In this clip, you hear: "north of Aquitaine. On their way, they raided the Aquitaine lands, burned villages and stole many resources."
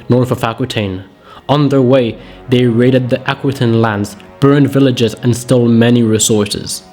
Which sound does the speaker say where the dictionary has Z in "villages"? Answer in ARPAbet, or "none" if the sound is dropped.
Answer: Z